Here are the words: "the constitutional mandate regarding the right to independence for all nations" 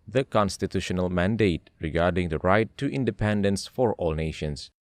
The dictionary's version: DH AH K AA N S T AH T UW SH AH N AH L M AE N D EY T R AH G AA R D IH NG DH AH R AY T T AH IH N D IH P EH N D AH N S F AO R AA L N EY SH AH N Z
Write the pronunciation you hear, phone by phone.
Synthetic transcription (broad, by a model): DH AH K AA N S T AH T UW SH AH N AH L M AE N D EY T R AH G AA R D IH NG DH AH R AY T T IH N D IH P EH N D AH N S F AO R AA L N EY SH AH N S